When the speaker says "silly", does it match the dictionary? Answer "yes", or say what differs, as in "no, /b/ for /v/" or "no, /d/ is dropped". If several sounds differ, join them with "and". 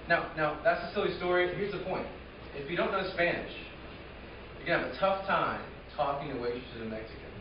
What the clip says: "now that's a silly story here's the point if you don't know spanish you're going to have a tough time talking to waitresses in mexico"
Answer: yes